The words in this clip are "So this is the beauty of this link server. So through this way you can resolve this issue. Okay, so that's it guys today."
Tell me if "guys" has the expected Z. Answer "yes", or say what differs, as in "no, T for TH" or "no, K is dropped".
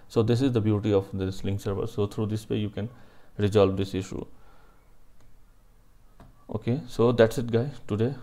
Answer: no, Z is dropped